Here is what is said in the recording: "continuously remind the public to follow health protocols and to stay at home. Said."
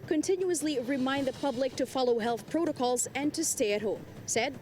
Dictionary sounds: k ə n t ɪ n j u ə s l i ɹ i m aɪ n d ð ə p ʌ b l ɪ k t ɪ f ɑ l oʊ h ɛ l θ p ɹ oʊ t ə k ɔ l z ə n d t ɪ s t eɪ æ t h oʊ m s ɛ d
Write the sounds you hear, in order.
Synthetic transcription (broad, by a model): k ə n t ɪ n j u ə s l i ɹ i m aɪ n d ð ə p ʌ b l ɪ k t ɪ f ɑ l oʊ h ɛ l θ p ɹ oʊ t ə k ɔ l z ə n t ɪ s t eɪ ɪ t h oʊ m s ɛ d